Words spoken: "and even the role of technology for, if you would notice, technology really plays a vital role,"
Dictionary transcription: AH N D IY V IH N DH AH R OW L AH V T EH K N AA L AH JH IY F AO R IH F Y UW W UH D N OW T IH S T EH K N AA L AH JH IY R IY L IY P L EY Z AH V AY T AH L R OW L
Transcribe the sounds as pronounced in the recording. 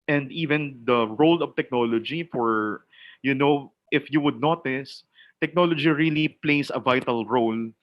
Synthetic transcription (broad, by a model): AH N D IY V IH N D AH R OW L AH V T EH K N AA L AH JH IY F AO R IH F Y UW W UH D N OW T IH S T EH K N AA L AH JH IY R IY L IY P L EY S AH V AY T AH L R OW L